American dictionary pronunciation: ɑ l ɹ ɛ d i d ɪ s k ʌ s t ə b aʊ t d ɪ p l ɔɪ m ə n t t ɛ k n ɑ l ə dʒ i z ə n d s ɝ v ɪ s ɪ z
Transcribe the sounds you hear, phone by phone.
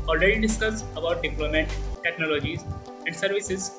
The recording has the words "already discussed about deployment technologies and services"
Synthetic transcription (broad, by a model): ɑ l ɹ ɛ d i d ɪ s k ʌ s ə b aʊ t d ɪ p l ɔɪ m ə n t t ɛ k n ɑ l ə dʒ i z ə n d s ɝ v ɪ s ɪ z